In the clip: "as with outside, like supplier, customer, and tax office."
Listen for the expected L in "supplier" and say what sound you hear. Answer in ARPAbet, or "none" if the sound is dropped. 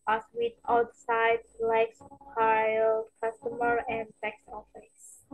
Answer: none